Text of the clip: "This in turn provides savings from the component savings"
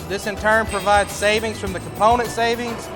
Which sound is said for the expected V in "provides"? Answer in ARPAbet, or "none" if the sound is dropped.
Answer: V